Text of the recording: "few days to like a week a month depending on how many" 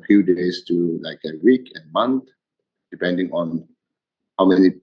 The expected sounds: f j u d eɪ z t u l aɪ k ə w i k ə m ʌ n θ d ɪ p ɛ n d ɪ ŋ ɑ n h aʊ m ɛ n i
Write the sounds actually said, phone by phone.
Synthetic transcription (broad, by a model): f j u d eɪ s t u l aɪ k ə w i k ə m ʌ n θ d ɪ p ɛ n d ɪ ŋ ɑ n h aʊ m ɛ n i